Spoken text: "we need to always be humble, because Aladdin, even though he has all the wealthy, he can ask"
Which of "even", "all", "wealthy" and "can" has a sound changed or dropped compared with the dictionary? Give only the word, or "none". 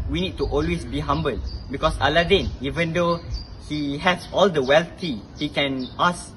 wealthy